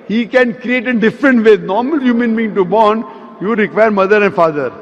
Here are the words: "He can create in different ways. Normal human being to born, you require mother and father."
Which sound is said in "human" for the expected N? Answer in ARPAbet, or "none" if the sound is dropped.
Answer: N